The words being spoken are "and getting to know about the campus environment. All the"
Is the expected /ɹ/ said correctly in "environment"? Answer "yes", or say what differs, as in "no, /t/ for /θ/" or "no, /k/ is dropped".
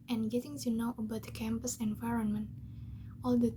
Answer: yes